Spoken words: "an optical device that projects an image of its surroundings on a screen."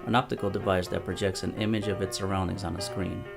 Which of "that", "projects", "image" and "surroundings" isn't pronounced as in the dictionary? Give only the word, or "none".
none